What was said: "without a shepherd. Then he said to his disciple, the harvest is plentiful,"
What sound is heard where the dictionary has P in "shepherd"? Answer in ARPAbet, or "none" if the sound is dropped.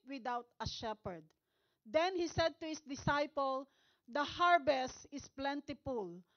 P